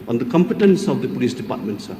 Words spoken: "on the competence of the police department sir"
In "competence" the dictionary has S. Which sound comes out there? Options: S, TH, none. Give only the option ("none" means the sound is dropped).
S